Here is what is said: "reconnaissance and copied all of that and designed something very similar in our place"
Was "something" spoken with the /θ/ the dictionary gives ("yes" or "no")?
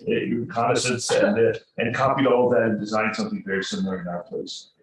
yes